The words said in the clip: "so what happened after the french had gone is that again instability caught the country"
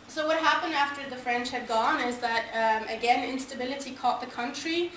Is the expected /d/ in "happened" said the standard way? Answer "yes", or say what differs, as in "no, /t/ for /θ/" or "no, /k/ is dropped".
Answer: yes